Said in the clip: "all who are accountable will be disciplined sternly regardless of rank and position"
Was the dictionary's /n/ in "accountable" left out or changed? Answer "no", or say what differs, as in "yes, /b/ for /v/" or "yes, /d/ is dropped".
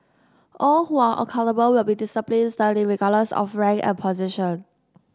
yes, /l/ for /n/